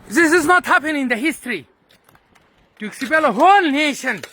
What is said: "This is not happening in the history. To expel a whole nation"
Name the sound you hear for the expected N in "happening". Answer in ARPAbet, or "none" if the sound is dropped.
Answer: none